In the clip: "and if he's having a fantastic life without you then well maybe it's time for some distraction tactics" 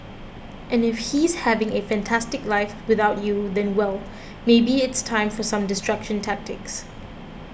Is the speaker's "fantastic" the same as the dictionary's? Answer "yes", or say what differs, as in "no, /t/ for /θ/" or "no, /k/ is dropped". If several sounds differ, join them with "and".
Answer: yes